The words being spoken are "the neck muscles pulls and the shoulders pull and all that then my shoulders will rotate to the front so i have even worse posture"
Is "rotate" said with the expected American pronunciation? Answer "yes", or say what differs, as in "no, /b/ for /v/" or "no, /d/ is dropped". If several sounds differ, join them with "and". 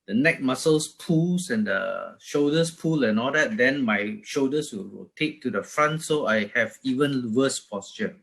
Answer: no, /w/ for /ɹ/